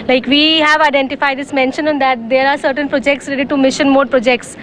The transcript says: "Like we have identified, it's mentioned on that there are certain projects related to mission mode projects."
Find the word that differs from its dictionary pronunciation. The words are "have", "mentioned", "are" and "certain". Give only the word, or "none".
mentioned